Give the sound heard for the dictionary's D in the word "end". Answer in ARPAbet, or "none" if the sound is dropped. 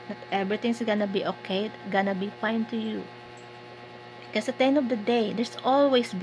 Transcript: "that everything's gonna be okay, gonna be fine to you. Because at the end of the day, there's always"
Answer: none